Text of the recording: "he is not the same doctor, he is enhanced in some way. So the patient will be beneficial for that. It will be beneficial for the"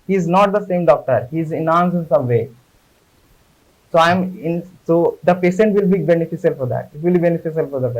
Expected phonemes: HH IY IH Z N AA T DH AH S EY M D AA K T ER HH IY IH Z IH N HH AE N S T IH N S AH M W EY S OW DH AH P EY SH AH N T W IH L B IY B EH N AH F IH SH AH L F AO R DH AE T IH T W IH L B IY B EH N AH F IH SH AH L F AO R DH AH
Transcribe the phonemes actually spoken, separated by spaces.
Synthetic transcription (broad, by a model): HH IY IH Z N AA T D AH S EY M D AA K T ER HH IY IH Z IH N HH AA N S IH N S AH M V EY S OW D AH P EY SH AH N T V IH L B IY B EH N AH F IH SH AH L F AO R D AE T IH T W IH L B IY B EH N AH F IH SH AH L F AO R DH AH